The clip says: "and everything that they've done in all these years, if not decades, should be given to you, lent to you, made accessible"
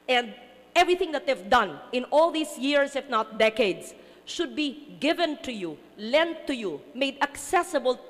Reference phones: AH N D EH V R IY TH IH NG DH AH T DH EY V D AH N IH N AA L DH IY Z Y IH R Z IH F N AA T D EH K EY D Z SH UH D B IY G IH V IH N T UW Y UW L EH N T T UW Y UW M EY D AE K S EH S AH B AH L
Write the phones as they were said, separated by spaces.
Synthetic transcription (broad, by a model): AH N D EH V R IY TH IH NG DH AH T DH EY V D AH N IH N AA L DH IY S Y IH R S IH F N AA T D EH K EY D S SH UH D B IY G IH V IH N T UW Y UW L EH N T T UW Y UW M EY D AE K S EH S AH B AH L